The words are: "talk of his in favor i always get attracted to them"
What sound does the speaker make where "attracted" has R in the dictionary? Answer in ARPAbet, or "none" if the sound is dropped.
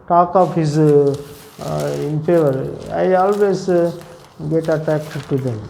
none